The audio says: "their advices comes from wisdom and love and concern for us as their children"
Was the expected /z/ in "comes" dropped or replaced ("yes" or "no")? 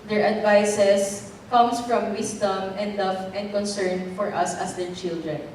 yes